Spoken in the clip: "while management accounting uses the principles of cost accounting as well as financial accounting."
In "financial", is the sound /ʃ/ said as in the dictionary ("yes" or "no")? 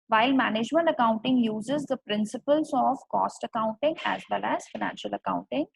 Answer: yes